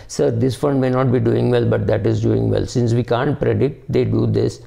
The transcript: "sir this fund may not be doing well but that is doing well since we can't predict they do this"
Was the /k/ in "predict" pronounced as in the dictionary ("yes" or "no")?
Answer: no